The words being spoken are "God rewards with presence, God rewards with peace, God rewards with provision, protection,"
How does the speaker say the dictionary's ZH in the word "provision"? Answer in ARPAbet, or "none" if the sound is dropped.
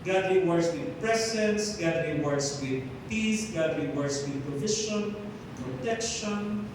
SH